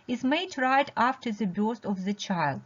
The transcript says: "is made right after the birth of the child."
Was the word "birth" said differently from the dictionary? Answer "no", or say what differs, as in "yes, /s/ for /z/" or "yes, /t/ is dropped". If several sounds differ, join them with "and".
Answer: yes, /s/ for /θ/